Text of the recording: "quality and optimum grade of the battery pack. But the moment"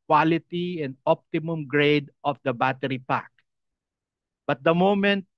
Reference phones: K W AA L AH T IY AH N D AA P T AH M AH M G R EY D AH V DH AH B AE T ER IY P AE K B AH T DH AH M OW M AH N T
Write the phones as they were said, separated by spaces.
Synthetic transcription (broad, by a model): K W AA L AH T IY AH N D AA P T AH M AH M G R EY D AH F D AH B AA T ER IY P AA K B AH T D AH M OW M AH N T